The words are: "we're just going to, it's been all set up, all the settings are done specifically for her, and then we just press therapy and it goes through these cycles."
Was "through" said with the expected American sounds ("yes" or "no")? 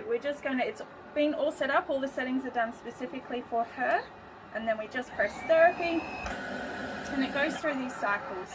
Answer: yes